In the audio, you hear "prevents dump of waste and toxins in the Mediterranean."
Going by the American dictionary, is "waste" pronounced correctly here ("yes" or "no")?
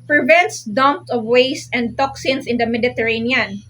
yes